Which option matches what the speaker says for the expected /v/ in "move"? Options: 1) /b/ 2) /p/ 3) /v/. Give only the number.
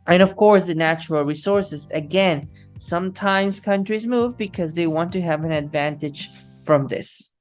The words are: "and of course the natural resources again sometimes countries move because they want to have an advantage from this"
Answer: 3